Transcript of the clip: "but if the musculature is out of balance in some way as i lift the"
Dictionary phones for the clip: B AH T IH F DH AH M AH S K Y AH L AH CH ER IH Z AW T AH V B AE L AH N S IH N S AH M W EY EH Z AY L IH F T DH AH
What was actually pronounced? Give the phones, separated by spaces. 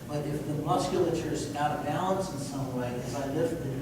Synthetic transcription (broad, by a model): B AH T IH F DH AH M AH S K Y L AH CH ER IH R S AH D B AE L AH N S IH N S AH M W EY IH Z AY L IH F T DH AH